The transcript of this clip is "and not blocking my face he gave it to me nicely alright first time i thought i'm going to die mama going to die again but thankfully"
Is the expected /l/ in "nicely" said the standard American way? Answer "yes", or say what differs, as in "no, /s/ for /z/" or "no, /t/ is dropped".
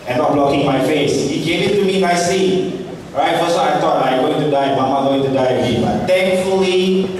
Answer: no, /l/ is dropped